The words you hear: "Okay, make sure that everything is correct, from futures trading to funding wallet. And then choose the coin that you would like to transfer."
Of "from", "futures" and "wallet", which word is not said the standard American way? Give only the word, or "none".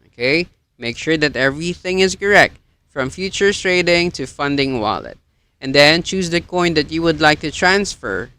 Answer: futures